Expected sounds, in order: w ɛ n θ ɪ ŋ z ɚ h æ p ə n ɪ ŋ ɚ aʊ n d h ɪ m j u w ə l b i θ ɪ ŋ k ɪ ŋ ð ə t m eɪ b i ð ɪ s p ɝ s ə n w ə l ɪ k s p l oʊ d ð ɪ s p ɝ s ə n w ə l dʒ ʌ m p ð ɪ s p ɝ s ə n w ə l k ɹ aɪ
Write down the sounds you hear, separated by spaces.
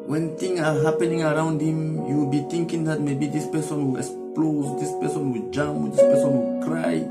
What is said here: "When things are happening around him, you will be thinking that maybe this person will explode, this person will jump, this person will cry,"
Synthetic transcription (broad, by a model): w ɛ n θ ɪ ŋ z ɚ h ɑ p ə n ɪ ŋ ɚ aʊ n d h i m j u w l b i t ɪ ŋ k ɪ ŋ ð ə t m eɪ b i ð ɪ s p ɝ s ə n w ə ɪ k s p l oʊ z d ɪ s p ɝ s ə n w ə dʒ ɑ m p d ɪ s p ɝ s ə n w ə k ɹ aɪ